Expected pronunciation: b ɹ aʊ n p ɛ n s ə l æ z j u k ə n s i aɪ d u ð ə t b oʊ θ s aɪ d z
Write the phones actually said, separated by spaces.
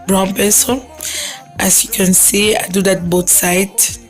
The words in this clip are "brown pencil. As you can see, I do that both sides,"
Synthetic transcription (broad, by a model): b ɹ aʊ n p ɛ s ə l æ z j u k ə n s i aɪ d u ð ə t b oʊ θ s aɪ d